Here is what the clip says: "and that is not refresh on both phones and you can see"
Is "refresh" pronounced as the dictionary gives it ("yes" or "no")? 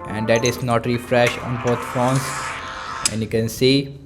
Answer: yes